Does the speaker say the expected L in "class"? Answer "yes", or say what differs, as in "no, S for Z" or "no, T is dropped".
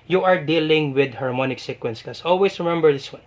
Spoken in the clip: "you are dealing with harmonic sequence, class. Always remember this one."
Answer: no, L is dropped